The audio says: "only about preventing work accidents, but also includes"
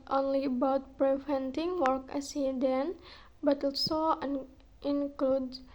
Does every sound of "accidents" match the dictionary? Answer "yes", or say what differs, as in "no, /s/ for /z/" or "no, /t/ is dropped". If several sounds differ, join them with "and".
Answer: no, /k/ is dropped